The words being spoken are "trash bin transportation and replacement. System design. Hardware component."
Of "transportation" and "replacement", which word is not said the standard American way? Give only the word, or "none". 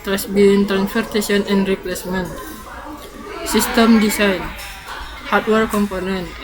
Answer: transportation